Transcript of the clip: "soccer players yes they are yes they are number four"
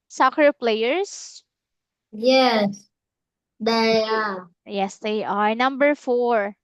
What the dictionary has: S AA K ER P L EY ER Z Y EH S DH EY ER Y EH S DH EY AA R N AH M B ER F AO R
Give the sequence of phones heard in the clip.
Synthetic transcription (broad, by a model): S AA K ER P L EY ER S Y EH S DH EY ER Y EH S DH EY AA R N AH M B ER F AO R